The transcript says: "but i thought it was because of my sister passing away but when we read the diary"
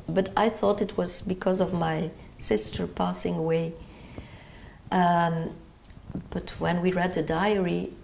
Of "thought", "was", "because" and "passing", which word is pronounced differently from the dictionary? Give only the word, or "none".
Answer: none